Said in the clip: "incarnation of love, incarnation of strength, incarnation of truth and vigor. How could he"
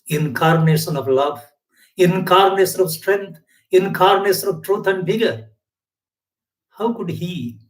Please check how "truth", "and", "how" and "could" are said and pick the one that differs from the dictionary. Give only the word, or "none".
truth